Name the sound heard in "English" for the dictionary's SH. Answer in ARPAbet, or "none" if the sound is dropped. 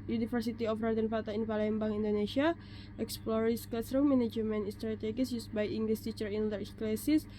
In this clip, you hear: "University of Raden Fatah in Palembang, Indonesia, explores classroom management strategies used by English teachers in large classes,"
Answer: S